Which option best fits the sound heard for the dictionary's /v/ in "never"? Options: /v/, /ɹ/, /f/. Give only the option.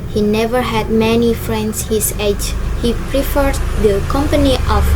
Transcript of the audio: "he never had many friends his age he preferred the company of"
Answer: /v/